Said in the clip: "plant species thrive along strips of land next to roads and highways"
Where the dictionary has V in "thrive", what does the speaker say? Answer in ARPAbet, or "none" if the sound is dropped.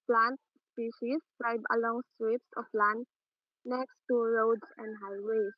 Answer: B